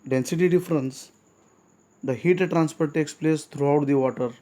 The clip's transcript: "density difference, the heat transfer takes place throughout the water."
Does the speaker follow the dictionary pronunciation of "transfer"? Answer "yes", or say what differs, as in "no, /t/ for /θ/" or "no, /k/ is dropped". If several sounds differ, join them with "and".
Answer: no, /p/ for /f/